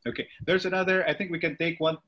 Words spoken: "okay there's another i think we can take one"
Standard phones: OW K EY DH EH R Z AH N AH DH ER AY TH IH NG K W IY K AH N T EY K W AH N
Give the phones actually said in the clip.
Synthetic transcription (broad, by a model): OW K EY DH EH R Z AH N AH DH ER AY TH IH NG K W IY K AH N T EY K W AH N